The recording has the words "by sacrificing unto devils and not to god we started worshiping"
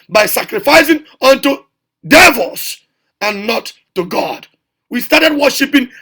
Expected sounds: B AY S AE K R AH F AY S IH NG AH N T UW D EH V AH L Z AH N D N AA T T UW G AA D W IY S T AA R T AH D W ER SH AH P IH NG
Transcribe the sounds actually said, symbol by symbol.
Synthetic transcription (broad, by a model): B AY S AE K R AH F AY S IH NG AH N T UW D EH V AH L S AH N N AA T T UW G AA D W IY S T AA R T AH D W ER SH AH P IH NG